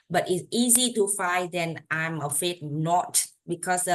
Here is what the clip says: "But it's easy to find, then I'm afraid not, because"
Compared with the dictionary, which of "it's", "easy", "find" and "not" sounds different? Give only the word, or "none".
find